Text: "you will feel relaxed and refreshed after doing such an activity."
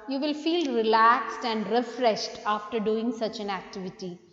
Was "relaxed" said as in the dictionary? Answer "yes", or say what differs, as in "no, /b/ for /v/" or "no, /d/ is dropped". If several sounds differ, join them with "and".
yes